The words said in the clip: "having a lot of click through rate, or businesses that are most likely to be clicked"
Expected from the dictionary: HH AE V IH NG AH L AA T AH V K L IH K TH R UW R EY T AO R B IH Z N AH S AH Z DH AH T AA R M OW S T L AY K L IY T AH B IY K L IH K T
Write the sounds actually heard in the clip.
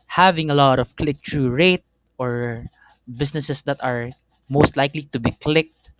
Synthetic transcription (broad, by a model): HH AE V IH NG AH L AA T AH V K L IH K T R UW R EY T AO R B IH S N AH S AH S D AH T AA R M OW S T L AY K L IY T AH B IY K L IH K T